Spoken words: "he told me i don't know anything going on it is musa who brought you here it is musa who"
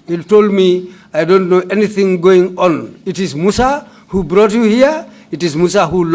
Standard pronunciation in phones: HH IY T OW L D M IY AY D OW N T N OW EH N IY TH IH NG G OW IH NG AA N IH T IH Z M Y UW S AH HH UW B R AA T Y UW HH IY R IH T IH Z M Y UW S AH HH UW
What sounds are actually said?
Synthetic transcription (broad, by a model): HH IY T OW L D M IY AY D OW N T N OW EH N IY TH IH NG G OW IH NG AA N IH T IH Z M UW S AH HH UW B R AA T Y UW HH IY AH IH T IH Z M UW S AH HH UW